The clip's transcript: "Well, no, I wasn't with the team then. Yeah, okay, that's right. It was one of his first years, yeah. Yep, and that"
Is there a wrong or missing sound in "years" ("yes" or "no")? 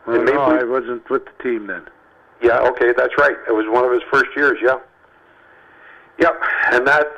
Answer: no